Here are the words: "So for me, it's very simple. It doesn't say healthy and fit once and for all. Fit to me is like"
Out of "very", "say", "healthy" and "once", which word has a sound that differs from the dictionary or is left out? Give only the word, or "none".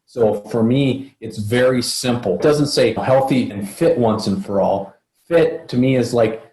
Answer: none